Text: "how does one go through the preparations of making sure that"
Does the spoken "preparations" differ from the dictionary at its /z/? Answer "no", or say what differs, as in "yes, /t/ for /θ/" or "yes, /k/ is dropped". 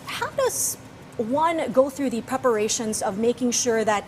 no